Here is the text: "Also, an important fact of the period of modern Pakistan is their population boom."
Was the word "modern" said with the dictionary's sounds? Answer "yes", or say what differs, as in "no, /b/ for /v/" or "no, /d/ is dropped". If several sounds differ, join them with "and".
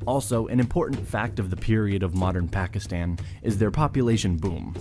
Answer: yes